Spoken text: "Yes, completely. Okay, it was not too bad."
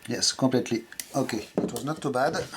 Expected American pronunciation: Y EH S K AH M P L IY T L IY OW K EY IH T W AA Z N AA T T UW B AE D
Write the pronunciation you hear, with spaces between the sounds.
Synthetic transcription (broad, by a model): Y EH S K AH P L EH T L IY OW K EY IH T W AA Z N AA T T UW B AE D